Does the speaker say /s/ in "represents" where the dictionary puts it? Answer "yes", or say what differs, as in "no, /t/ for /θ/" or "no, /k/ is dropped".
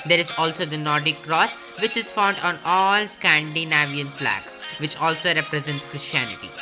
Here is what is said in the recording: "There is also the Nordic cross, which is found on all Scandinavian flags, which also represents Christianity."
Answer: yes